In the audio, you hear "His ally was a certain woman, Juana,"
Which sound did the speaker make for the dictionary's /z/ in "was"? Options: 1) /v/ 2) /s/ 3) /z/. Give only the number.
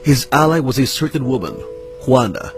3